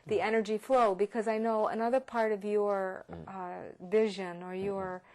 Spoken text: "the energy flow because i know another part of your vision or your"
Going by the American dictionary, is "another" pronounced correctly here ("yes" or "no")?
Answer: yes